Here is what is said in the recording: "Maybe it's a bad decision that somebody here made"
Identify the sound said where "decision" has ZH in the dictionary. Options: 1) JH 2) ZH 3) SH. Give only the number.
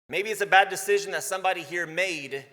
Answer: 2